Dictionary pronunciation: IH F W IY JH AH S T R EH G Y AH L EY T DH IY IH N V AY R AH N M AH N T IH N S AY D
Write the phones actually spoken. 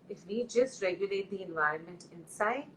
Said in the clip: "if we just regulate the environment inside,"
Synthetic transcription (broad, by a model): IH F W IY JH AH S T R EH G Y AH L EY T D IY IH N V AY R AH N M AH N T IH N S AY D